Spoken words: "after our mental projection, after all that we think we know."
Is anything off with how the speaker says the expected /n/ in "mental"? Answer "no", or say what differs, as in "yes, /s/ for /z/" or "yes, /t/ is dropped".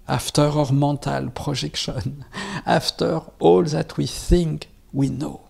yes, /n/ is dropped